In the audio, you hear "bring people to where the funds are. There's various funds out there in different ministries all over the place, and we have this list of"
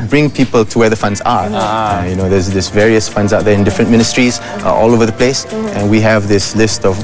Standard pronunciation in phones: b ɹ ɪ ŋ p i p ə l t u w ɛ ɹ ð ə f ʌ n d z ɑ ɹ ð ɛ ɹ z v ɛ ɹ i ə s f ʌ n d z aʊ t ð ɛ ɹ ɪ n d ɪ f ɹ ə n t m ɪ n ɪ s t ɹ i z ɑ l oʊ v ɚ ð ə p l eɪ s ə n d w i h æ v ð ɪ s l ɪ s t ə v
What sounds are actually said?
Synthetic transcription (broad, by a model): b ɹ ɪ ŋ p i p ə l t u w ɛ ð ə f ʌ n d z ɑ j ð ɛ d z v ɛ ɹ i ə s f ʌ n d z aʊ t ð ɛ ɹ ɪ n d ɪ f ɹ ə n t m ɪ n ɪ s t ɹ i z ɑ l oʊ v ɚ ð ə p l eɪ s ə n w i h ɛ v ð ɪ s l ɪ s t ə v